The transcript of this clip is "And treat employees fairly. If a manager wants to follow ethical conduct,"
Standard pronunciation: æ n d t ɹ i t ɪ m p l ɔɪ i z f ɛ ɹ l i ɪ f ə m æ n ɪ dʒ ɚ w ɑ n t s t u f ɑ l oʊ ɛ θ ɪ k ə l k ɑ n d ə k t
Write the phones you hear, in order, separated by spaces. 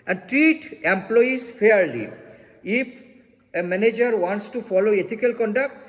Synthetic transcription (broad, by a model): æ n d t ɹ i t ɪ m p l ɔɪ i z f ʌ ɹ l i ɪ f ə m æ n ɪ dʒ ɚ w ɑ n t s t u f ɑ l oʊ ɛ t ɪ k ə l k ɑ n d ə k t